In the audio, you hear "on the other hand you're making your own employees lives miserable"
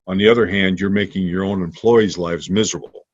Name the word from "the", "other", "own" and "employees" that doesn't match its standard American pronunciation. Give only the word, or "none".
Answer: none